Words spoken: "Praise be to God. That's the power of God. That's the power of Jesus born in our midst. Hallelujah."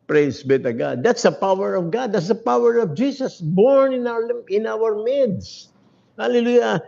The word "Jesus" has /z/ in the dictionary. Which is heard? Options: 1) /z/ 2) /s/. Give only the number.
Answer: 2